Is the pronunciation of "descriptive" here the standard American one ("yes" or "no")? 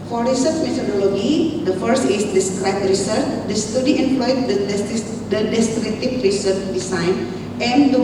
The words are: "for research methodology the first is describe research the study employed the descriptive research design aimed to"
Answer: no